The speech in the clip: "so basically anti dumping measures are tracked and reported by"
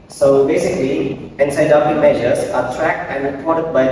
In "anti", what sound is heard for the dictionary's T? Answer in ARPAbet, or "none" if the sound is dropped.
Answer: S